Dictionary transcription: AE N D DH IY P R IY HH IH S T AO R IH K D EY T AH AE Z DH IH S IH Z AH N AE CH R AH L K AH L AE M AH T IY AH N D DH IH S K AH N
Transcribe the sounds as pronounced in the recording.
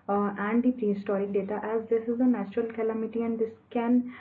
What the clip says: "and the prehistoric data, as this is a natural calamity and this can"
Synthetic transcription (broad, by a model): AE N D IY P R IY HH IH S T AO R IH D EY T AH AE Z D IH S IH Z AH N AE CH R AH L K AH L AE M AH T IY AH N D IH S K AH N